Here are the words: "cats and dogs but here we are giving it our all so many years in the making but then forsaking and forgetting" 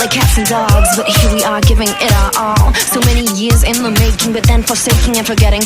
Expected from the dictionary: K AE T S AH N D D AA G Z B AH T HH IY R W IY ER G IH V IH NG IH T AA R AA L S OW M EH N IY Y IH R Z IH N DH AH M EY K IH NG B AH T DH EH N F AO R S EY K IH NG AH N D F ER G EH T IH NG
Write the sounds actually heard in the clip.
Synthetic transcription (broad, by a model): K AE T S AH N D D AA G Z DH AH T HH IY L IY ER G IH V IH NG IH T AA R AA L S OW M EH N IY Y IH R Z IH N DH AH M EY K IH NG B AH T DH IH N F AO R S EY K IH NG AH N F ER G EH T IH NG